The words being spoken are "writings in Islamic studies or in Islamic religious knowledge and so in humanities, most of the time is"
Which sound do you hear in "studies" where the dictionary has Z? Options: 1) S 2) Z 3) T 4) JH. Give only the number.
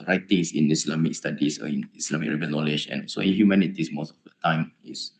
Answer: 1